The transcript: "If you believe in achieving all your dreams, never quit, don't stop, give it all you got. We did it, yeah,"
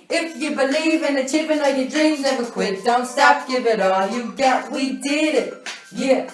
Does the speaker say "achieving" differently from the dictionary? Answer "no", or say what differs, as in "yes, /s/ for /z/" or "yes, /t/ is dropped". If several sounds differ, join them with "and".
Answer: yes, /p/ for /v/